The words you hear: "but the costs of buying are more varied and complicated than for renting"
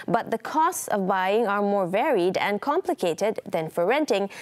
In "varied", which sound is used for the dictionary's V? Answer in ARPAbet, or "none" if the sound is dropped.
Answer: V